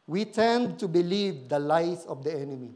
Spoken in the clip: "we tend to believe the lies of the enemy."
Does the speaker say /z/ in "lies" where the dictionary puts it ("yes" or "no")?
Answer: no